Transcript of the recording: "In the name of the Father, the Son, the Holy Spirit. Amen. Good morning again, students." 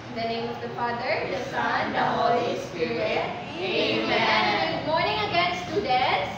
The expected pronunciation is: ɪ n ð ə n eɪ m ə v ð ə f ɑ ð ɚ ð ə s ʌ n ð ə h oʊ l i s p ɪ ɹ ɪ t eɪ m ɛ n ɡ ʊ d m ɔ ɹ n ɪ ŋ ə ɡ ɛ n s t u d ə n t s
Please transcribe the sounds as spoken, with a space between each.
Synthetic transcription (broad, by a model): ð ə n eɪ m ə v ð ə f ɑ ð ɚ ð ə s ʌ n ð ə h oʊ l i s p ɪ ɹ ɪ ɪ eɪ m ɛ n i m ɔ ɹ n ɪ ŋ ə ɡ ɛ n s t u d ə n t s